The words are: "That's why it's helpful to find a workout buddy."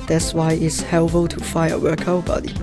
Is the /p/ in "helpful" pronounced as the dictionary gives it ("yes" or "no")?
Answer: no